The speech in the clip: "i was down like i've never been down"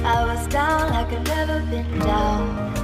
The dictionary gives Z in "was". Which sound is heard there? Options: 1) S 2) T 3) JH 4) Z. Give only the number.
4